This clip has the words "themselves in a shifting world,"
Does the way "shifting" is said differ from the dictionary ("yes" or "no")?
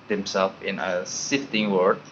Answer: yes